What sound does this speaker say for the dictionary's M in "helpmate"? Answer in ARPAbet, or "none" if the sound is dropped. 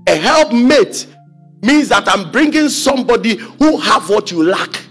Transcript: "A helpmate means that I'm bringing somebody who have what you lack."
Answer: M